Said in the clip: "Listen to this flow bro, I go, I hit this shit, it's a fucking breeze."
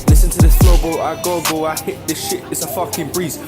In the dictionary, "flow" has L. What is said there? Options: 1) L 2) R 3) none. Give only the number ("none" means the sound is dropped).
3